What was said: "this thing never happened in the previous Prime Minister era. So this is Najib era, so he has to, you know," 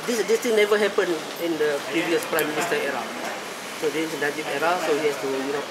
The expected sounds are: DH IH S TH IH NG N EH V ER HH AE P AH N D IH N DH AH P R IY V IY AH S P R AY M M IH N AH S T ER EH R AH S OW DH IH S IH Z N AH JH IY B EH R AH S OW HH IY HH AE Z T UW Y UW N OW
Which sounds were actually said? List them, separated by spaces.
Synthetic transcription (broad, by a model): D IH S T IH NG N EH V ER HH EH P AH N IH N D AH P R IY V IY AH S P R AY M M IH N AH S T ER EH R AH S OW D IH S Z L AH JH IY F EH R AH S OW HH IY HH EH S T UW Y UW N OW